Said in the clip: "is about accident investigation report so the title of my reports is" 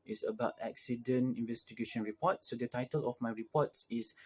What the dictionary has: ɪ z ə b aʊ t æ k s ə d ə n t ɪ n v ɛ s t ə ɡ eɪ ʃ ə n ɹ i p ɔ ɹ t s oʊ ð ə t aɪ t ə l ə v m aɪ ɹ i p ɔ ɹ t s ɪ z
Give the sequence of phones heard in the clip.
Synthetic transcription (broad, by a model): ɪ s ə b aʊ t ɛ k s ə d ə n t ɪ n v ɛ s t ə ɡ eɪ ʃ ə n ɹ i p ɔ t s oʊ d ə t aɪ t ə l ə f m aɪ ɹ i p ɔ t s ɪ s